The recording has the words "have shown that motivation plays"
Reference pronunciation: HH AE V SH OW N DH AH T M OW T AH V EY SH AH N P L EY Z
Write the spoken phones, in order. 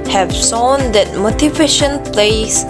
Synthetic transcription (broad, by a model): HH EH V S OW N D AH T M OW T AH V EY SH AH N P L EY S